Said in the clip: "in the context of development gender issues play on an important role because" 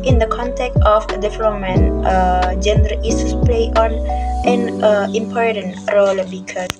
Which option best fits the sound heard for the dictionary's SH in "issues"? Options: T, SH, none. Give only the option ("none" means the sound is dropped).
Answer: none